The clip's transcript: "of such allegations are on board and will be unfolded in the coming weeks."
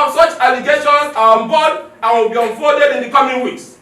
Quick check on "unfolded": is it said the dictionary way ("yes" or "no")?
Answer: no